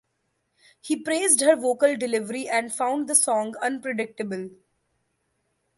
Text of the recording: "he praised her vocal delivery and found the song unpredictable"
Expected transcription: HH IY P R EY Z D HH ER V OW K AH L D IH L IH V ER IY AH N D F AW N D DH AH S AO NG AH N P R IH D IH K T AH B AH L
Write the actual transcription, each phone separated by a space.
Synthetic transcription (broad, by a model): HH IY P R EY Z D HH ER V OW K AH L D IH L IH V ER IY AH N D F AW N D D AH S AO NG AH N P R IH D IH K T AH B AH L